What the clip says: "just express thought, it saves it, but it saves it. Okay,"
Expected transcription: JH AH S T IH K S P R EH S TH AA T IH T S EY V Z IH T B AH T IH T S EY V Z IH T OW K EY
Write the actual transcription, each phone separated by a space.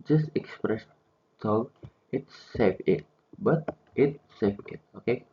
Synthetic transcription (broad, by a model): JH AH S T IH K S P R EH S T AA IH T S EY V IH T B AH T IH T S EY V IH T OW K EY